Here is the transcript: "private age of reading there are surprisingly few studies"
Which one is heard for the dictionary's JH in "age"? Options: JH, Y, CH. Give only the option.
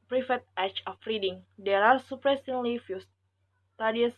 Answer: CH